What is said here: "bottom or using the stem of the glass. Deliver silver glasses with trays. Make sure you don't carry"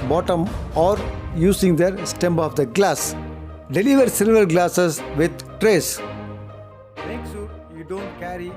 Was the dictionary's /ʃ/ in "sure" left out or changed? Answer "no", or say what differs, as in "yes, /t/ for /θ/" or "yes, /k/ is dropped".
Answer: yes, /s/ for /ʃ/